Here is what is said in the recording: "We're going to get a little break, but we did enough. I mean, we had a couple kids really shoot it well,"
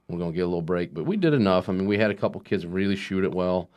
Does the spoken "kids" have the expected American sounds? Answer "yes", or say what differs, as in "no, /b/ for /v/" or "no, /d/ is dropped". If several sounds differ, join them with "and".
yes